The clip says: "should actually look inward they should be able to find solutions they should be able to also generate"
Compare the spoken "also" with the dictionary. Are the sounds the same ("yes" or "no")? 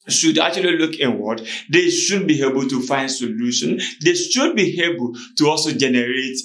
yes